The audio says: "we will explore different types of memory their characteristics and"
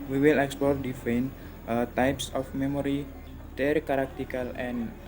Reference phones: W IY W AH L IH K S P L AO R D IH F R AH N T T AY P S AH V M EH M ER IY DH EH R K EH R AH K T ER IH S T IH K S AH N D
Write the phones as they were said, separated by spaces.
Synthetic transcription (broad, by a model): W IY W AH L IH K S P L AO R D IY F AH N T T AY P S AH F M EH M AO IY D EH R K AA R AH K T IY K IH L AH N